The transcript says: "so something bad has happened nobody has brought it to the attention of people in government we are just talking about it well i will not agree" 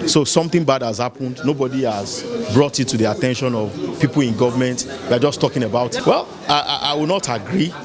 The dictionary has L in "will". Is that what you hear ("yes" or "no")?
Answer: no